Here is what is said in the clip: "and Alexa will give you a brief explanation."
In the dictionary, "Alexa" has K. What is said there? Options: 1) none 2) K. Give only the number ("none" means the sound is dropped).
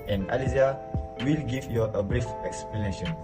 1